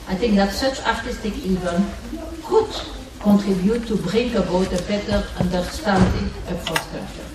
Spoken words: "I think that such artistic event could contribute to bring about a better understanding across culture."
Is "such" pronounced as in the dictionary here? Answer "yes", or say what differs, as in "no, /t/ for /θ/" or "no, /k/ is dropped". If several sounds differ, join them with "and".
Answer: yes